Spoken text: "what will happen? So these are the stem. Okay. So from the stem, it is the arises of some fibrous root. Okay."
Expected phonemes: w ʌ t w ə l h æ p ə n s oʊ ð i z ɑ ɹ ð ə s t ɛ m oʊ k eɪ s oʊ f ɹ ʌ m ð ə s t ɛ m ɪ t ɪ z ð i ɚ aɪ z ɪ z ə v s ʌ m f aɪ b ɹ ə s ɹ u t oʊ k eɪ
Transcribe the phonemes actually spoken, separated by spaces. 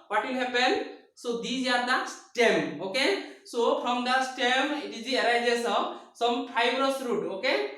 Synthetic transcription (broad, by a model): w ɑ t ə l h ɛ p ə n s oʊ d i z ɑ ɹ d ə s t ɛ m oʊ k eɪ s oʊ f ɹ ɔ m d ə s t ɛ m ɪ t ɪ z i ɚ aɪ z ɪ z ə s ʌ m p aɪ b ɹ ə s ɹ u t oʊ k eɪ